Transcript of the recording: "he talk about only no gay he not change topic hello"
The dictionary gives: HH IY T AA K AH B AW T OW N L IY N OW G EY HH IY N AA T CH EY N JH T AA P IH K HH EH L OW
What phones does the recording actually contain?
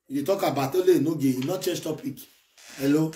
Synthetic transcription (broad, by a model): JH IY T AA K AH B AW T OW L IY N OW G EY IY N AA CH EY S T AA P IH K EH L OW